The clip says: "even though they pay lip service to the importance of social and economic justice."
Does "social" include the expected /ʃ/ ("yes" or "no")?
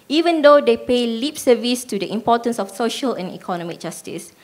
yes